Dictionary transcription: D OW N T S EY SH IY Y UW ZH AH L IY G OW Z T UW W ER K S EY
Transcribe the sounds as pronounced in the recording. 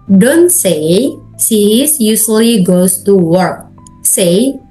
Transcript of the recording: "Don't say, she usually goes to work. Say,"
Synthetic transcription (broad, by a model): D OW N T S EY S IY Y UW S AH L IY G OW S T UW W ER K S EY